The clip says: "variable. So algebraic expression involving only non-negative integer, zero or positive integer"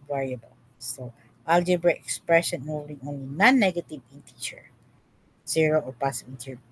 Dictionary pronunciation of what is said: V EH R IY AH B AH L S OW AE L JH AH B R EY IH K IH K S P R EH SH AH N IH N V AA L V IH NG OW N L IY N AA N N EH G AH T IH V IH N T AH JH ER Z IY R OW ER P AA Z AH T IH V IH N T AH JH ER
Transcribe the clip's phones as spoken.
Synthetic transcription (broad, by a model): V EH R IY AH B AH L S OW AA L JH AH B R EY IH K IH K S P R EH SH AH N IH V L IH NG OW N L IY N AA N N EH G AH T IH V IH N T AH CH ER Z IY R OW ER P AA S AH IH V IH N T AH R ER